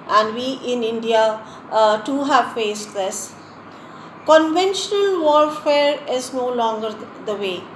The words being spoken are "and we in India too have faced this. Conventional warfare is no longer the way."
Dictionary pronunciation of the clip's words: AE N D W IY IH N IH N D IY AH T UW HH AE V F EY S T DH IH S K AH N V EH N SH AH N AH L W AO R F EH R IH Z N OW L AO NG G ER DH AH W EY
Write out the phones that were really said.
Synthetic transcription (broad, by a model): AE N D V IY IH N IH N D IY AH T UW HH AE V F EY S T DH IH S K AH N V EH N SH AH N AH L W AO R F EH R IH Z N OW L AO NG G ER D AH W EY